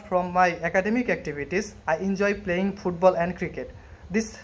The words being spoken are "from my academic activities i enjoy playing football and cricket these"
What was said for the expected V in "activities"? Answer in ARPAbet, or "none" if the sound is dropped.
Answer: B